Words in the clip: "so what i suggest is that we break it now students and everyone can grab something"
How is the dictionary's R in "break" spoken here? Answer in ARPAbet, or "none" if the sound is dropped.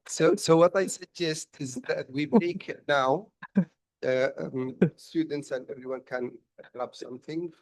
none